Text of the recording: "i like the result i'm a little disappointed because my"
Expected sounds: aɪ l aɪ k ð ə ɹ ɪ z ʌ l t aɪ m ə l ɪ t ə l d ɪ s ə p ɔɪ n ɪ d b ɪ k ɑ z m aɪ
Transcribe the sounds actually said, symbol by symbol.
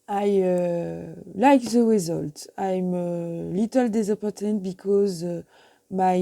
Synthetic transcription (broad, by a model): aɪ l aɪ k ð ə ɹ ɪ z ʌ l t aɪ m ə l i t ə l d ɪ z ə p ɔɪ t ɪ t b ɪ k ɑ z m aɪ